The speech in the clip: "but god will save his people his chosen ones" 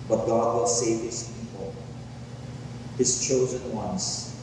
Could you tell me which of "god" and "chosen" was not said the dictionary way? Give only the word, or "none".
none